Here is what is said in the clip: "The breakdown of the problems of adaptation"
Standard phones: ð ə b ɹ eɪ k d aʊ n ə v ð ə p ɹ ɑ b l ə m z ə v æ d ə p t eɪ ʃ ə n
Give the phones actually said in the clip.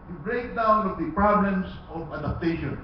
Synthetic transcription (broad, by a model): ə b ɹ eɪ k d aʊ n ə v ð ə p ɹ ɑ b l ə m s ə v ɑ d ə p t eɪ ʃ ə n